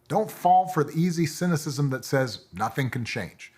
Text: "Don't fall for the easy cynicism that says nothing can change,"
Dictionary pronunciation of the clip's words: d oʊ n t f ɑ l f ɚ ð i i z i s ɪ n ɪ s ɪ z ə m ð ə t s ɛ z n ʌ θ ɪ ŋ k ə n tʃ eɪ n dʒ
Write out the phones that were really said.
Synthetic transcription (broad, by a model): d oʊ n t f ɑ l f ɚ ð i i z i s ɪ n ɪ s ɪ z ə m ð ə t s ɛ z n ʌ θ ɪ ŋ k n tʃ eɪ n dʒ